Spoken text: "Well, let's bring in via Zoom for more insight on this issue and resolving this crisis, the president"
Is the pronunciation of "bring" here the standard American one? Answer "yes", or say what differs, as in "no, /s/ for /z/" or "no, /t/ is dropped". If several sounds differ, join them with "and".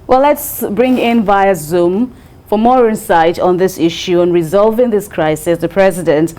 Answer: yes